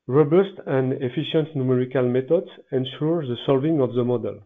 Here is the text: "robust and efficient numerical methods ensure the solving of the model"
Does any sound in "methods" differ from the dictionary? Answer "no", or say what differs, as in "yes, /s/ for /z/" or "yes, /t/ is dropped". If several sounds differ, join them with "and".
yes, /t/ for /θ/